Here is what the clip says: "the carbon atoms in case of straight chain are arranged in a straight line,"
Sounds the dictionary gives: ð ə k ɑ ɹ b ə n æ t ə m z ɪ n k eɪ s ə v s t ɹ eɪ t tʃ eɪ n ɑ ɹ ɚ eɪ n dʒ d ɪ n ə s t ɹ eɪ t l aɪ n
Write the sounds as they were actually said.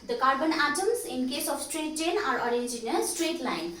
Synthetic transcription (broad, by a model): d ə k ɑ ɹ b ə n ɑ t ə m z ɪ n k eɪ s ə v s t ɹ eɪ t tʃ eɪ n ɑ ɹ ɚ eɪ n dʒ ɪ n ə s t ɹ eɪ t l aɪ n